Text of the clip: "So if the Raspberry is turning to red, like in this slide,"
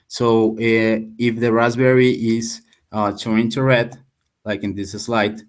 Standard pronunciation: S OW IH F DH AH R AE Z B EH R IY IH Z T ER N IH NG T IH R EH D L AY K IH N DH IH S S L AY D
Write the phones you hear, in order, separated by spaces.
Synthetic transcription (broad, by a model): S OW IH F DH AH R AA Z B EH R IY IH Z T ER IH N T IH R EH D L AY K IH N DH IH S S L AY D